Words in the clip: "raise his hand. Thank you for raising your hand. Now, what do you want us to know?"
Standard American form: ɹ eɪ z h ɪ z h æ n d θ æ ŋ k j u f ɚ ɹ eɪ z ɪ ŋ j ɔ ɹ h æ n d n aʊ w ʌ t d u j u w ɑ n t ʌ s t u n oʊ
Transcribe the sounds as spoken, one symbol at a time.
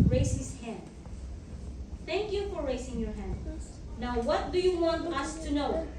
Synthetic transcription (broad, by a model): ɹ eɪ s h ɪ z h æ n d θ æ ŋ k j u f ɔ ɹ eɪ s ɪ ŋ j ɔ ɹ h æ n d n aʊ w ʌ t d u j u w ɑ n t ʌ s t u n oʊ